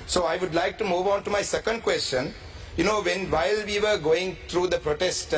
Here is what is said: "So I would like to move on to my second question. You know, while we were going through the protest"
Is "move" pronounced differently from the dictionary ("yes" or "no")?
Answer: no